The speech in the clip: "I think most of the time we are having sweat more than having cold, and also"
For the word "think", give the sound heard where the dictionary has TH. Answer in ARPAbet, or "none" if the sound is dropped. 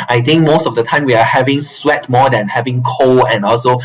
T